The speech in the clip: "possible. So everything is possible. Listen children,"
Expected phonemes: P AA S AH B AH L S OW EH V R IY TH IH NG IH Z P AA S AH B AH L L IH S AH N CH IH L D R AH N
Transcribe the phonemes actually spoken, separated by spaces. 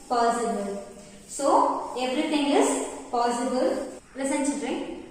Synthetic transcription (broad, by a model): P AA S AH B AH L S OW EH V R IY T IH NG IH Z P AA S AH B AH L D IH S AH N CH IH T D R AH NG